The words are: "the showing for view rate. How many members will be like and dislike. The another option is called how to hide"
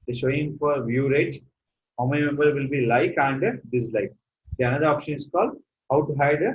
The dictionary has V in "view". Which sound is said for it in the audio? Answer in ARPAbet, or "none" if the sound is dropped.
V